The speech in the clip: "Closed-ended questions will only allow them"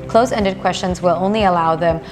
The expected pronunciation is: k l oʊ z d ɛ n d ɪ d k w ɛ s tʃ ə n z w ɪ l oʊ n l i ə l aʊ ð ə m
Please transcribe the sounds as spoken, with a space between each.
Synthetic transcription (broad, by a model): k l oʊ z ɛ n d ɪ d k w ɛ s tʃ ə n z w ɪ l oʊ n l i ə l aʊ ð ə m